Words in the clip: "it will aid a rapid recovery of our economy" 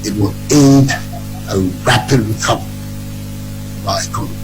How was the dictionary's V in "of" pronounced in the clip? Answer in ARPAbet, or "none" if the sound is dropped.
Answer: B